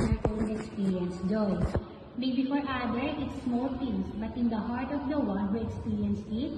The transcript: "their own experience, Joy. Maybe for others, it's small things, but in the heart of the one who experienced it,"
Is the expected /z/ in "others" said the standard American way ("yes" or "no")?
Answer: no